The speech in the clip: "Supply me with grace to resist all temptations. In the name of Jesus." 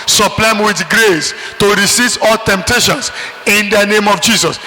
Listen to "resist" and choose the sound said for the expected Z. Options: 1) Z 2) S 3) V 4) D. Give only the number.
2